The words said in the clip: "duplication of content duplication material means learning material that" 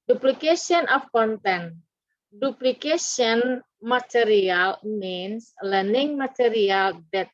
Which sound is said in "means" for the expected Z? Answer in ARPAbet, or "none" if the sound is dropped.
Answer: S